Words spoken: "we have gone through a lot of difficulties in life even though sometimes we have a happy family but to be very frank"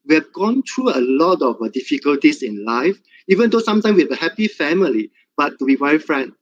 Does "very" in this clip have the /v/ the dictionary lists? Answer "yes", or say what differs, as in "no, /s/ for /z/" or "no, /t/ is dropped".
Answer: no, /w/ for /v/